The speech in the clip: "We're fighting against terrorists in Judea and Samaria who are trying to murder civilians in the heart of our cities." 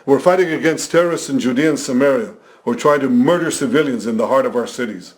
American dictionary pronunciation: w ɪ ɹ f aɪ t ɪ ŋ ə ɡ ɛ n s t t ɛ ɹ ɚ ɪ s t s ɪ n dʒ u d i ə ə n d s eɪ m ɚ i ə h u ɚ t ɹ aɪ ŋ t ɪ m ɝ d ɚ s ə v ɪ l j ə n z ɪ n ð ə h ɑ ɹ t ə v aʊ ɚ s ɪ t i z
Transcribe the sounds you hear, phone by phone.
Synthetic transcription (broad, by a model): w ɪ ɹ f aɪ t ɪ ŋ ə ɡ ɛ n s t t ɛ ɹ ɚ ɪ s t s ɪ n dʒ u d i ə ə n s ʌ m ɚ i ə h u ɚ t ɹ aɪ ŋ t ɪ m ɝ d ɚ s ə v ɪ l j ə n z ɪ n ð ə h ɑ ɹ t ə v aʊ ɚ s ɪ t i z